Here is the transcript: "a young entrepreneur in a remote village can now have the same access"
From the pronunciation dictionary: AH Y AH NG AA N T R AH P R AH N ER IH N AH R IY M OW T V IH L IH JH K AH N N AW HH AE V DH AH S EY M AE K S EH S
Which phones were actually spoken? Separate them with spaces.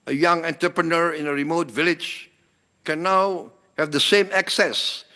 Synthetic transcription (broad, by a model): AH Y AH NG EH N T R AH P R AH N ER IH N AH R IY M OW T V IH L IH JH K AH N N AW HH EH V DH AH S EY M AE K S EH S